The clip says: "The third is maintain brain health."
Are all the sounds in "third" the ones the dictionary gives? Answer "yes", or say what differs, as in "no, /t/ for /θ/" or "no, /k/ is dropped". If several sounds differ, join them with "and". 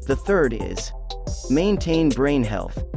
yes